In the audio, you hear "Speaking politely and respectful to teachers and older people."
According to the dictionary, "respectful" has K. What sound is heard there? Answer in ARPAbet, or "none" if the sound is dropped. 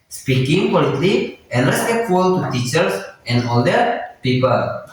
none